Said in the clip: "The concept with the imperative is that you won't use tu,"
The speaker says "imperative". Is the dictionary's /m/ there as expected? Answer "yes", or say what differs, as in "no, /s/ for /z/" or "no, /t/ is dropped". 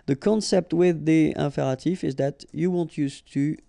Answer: no, /m/ is dropped